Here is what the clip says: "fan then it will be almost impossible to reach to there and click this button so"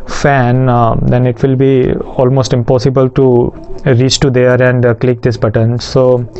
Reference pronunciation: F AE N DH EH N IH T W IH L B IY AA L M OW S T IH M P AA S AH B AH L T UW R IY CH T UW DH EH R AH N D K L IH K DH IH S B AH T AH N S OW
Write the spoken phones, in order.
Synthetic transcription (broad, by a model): F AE N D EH N IH T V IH L B IY AA L M OW S T IH M P AA S AH B AH L T UW R IY CH T UW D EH R AH N D K L IH K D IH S B AH T AH N S OW